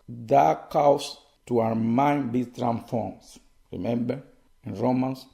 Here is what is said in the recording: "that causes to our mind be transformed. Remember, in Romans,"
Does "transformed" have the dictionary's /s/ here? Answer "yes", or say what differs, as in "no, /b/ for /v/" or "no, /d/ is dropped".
no, /s/ is dropped